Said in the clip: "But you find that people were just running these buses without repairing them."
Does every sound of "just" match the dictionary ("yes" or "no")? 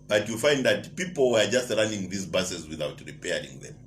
yes